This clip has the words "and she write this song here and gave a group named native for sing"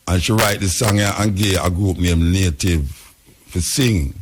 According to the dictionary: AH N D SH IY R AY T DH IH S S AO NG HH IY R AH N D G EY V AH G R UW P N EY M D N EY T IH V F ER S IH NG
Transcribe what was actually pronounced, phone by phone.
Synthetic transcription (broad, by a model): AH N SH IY R AY T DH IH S S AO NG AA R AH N G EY AH G R UW P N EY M N EY T IH V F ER S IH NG